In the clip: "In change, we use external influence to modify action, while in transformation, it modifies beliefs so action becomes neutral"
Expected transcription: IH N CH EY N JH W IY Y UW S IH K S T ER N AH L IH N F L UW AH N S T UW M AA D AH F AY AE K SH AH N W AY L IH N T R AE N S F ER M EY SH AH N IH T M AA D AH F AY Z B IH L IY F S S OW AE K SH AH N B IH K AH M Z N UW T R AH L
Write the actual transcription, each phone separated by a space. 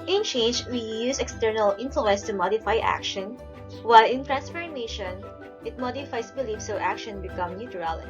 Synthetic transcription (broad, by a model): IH N CH EY N JH W IY Y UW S IH K S T ER N AH L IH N F L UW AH N S T UW M AA D AH F AY AE K SH AH N W AY L IH N T R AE N S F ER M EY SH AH N IH T M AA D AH F AY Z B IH L IY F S S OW AE K SH AH N B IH K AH M N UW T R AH L